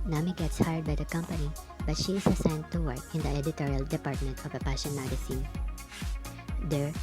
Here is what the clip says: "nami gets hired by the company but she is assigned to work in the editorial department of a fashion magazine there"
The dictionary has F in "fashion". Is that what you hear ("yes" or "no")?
no